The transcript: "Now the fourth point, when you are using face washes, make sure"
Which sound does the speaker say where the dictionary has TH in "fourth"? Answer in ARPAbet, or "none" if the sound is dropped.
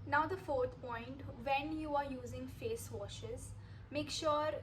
T